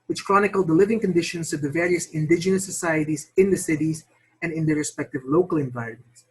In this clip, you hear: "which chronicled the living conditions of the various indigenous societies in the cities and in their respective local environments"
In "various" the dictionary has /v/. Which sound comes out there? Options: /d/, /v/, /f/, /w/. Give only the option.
/v/